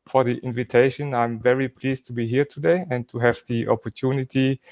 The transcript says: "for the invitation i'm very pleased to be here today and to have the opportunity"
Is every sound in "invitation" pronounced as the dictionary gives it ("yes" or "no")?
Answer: yes